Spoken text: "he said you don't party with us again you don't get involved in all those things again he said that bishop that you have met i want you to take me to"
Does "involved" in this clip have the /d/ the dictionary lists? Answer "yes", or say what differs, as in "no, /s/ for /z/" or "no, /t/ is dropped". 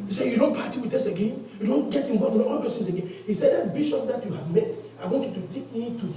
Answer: no, /d/ is dropped